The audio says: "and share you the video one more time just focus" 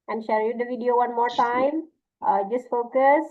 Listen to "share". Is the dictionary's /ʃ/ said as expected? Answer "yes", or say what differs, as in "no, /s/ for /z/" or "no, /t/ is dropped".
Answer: yes